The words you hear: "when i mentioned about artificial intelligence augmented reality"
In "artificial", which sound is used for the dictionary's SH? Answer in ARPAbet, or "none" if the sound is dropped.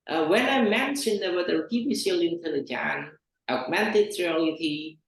S